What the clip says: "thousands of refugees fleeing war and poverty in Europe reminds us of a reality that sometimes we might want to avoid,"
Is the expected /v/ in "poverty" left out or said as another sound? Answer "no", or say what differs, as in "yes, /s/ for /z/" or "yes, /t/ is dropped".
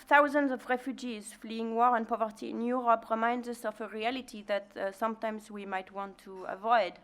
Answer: no